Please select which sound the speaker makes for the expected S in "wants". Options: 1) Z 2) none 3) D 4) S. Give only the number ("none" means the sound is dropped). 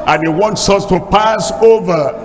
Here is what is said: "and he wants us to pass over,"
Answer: 4